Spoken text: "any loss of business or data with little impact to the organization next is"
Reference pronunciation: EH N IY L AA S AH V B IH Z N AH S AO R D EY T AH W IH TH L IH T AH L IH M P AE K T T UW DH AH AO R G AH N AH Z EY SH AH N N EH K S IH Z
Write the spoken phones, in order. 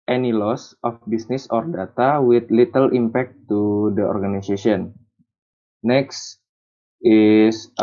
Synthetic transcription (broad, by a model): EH N IY L AA S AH F B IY S N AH S AO R D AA T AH W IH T L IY T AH L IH M P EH K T T UW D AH AO R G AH N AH S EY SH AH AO N EH K S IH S